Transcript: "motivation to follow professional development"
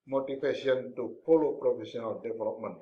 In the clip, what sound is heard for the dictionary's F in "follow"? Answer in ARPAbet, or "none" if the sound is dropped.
P